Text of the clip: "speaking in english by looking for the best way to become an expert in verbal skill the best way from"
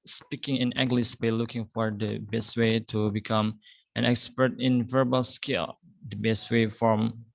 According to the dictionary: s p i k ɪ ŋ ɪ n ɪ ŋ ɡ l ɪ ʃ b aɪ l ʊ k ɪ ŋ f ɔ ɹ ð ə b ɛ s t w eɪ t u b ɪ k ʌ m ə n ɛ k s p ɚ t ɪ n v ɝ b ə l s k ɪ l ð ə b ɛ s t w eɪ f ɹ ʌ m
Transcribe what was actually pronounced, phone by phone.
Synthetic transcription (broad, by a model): s p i k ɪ ŋ ɪ n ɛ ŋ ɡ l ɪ s b aɪ l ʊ k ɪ ŋ f ɔ ɹ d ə b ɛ s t w eɪ t u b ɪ k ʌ m ə n ɛ k s p ɚ t ɪ n v ɝ b ə l s k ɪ l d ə b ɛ s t w eɪ f ɹ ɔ m